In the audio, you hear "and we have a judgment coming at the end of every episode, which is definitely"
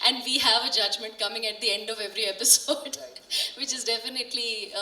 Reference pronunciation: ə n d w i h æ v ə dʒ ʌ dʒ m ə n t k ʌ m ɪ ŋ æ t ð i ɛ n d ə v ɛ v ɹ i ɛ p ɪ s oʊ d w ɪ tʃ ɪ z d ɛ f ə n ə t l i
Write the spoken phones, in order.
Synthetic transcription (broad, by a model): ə n d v i h æ v ə dʒ ʌ dʒ m ə n t k ʌ m ɪ ŋ æ t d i ɛ n d ə v ɛ v ɹ i ɛ p ɪ s oʊ d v ɪ tʃ ɪ z d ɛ f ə n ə t l i